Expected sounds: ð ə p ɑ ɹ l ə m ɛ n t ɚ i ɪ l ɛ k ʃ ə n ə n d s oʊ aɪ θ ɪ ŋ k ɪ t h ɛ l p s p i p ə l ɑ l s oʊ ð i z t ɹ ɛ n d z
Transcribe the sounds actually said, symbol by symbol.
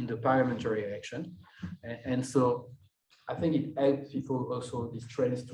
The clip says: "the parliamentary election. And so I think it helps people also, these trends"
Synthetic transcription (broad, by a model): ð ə p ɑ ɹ l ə m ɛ n t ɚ i ɪ l ɛ k ʃ ə n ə n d s oʊ aɪ θ ɪ ŋ k ɪ t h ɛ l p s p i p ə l ɑ l s oʊ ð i s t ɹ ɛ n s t